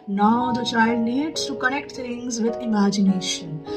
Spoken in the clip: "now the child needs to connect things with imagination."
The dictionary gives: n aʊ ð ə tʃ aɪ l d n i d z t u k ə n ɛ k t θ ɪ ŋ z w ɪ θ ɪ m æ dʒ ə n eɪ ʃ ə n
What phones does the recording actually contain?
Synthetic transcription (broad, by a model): n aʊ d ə tʃ aɪ l d n i d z t u k ə n ɛ k t t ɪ ŋ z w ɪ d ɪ m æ dʒ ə n eɪ ʃ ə n